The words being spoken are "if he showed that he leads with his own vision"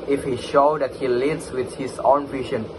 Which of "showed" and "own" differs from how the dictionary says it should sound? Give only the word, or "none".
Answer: none